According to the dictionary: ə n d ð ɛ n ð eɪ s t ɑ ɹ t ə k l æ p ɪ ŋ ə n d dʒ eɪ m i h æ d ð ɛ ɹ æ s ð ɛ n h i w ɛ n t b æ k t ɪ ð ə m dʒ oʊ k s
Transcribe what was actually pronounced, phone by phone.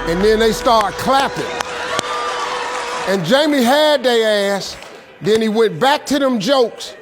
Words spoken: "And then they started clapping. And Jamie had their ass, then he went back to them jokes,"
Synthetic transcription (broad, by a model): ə n ð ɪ n ð eɪ s t ɑ ɹ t k l æ p ɪ ŋ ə n dʒ eɪ m i h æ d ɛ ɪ æ s ð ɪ n i w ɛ n b æ k t ɪ ð ə m dʒ oʊ k s